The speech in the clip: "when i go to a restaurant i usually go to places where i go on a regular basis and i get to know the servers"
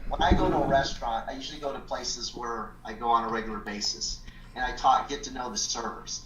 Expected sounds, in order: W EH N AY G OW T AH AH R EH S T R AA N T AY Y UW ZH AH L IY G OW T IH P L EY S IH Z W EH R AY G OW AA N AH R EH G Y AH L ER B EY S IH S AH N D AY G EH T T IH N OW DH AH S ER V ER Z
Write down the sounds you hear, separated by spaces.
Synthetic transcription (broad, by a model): W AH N AY G OW T AH AH R EH S T R AA N T AY Y UW ZH L IY G OW T IH P L EY S IH Z W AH R AY G OW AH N AH R EH G Y L ER B EY S IH S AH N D AY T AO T T IH N OW DH AH S ER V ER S